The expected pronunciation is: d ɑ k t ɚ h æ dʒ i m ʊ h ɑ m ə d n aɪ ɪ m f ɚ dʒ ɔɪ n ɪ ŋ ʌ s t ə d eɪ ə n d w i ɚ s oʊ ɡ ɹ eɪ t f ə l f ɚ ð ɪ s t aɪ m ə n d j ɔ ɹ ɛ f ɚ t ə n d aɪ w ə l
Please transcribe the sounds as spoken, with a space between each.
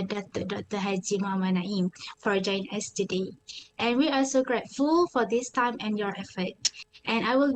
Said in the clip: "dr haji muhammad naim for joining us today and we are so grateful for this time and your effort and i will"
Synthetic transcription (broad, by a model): d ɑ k t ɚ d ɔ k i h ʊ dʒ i m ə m n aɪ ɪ m f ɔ dʒ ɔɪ ɪ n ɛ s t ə d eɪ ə n w i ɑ s oʊ ɡ ɹ eɪ t f ə l f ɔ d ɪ s t aɪ m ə n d j ɔ ɹ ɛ f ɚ t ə n aɪ w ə l